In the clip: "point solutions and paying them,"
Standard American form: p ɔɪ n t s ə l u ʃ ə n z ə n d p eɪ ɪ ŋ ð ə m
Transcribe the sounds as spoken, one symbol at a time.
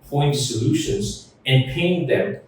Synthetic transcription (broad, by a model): p ɔɪ n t s ə l u ʃ ə n z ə n p eɪ ɪ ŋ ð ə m